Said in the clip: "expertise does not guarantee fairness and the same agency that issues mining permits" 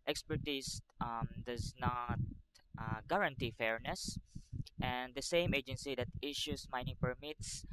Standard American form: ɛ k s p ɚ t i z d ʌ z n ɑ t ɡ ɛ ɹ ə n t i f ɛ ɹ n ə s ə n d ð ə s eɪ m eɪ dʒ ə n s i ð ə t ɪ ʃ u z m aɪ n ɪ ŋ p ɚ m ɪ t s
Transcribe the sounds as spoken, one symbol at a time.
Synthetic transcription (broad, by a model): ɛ k s p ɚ t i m d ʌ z n ɑ t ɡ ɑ ɹ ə n t i f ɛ ɹ n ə s ə n d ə s eɪ m eɪ dʒ ə n s i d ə t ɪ ʃ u s m aɪ n ɪ ŋ p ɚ m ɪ t s